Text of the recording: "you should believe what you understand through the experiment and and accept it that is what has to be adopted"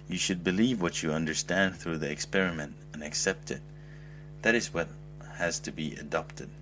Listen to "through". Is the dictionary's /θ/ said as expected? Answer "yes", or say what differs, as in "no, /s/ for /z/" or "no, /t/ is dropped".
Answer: yes